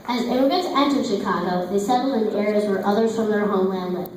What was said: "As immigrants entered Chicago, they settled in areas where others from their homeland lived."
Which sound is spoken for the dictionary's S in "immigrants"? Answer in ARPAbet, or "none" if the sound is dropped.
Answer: none